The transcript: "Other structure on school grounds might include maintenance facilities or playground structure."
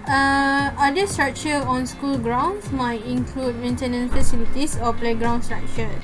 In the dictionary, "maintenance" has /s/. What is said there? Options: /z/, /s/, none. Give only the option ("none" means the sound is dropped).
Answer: none